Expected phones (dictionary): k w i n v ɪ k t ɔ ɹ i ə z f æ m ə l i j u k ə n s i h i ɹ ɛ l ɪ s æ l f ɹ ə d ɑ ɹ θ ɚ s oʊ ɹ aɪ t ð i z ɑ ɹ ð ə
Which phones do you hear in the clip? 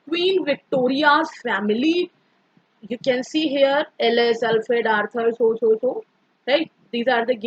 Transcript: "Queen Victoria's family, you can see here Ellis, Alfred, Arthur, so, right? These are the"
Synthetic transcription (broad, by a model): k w i n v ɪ k t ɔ ɹ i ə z f æ m ə l i j u k ə n s i h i ɹ ɛ l ɪ s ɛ l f ə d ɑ ɹ t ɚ s oʊ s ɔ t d i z ɑ ɹ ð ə